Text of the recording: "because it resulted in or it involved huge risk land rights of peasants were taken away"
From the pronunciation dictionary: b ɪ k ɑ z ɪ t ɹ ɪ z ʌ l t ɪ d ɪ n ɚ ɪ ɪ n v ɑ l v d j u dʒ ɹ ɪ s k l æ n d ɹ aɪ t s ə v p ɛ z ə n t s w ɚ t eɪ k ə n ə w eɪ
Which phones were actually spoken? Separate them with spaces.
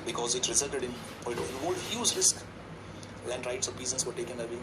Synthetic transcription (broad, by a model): b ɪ k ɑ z ɪ t ɹ ɪ z ʌ l t ɪ d ɪ n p ɪ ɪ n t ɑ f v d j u z ɹ ɪ s k l æ n d ɹ aɪ t s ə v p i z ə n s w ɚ t eɪ k ə n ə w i